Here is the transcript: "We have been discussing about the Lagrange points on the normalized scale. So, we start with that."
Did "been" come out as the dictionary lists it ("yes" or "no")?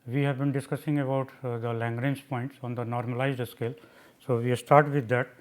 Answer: yes